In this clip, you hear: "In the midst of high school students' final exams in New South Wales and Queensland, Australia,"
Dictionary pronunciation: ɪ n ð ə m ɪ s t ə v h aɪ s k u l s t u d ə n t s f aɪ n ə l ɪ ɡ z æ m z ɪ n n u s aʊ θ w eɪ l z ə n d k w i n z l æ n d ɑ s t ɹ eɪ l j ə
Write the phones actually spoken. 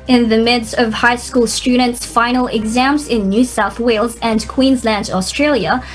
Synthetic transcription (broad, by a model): ɪ n ð ə m ɪ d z ə v h aɪ s k u l s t u d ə n t s f aɪ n l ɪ ɡ z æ m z ɪ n n u s aʊ θ w eɪ l z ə n k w i n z l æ n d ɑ s t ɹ eɪ l j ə